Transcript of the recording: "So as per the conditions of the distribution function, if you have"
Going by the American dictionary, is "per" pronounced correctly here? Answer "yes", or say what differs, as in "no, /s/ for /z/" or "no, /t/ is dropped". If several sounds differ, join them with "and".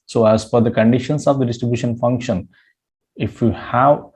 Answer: no, /f/ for /p/